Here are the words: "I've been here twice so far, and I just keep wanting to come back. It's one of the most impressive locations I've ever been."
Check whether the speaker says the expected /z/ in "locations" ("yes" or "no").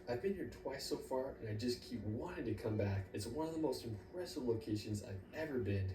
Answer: yes